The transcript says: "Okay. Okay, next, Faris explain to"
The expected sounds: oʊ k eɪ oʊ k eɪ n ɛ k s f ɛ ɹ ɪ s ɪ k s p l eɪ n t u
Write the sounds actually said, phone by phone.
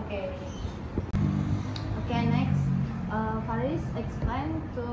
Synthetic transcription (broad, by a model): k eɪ oʊ k eɪ n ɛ k s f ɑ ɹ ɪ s ɪ k s p l eɪ n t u